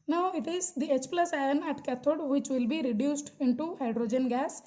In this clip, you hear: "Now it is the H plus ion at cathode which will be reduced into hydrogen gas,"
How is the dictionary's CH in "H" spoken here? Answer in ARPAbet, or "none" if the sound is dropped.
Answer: CH